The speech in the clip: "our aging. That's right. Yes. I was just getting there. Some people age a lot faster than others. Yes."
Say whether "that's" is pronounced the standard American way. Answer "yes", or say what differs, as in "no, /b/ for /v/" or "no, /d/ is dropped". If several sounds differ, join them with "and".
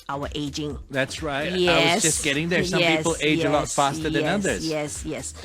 yes